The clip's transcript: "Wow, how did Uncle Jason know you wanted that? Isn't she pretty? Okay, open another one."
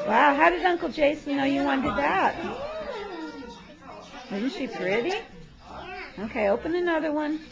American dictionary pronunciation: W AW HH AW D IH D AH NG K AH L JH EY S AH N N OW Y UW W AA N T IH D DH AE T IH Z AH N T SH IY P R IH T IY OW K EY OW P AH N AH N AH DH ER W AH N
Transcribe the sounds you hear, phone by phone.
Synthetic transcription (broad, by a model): W AW HH AW D IH D AH NG K L JH EY AH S N OW Y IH W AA N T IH D DH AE T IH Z N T SH IY P R IH T IY OW K EY OW P AH N AH N AH DH ER W AH N